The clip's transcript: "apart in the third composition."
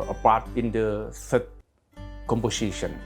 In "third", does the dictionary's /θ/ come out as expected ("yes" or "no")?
no